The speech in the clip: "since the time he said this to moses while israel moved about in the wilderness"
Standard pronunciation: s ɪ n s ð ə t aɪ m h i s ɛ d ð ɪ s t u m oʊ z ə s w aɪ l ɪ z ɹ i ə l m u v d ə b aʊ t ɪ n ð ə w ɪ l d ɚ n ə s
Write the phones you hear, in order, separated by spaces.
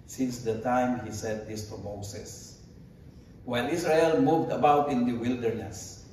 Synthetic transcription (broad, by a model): s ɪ n s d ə t aɪ m h i s ɛ d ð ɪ s t u m oʊ s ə s w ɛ n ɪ s ɹ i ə l m u v d ə b aʊ t ɪ n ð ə w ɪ l d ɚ n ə s